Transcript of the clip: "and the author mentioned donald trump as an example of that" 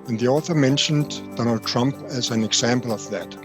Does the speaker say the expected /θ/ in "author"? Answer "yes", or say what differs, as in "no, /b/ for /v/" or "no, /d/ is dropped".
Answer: yes